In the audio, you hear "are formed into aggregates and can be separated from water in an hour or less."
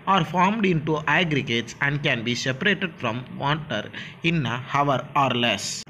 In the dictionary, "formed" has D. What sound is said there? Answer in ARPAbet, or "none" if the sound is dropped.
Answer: D